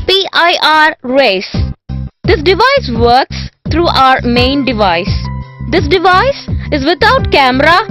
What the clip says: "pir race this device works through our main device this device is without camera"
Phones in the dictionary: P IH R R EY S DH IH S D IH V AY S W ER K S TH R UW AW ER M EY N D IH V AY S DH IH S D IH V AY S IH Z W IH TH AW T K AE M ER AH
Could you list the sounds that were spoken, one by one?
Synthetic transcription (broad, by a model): P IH R R EY S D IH S D IH V AY S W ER K S T R UW AW ER M EY N D IH V AY S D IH S D IH V AY S IH Z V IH T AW T K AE M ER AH